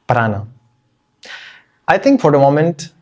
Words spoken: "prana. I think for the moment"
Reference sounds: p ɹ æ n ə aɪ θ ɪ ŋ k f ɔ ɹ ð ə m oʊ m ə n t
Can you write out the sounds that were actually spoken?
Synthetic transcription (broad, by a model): p ɹ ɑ n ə aɪ t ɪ ŋ k f ɔ ɹ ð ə m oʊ m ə n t